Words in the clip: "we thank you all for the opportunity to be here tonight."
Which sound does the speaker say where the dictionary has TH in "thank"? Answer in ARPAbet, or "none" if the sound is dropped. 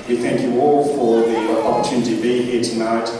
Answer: TH